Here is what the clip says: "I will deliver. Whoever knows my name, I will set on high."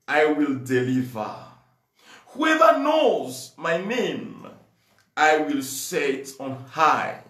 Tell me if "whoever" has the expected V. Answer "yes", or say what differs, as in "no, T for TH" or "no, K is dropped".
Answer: yes